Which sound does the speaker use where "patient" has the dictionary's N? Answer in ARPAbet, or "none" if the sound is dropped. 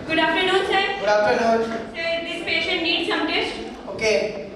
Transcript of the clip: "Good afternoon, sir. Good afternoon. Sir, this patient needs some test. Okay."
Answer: N